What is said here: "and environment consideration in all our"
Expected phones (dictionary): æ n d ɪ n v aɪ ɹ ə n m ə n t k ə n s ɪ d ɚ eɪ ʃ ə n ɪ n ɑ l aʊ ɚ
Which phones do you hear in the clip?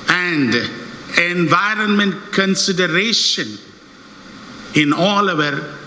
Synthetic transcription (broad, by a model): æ n d ɪ n v aɪ ɹ ə n m ə n t k ə n s ɪ d ɚ eɪ ʃ ə n ɪ n ɑ l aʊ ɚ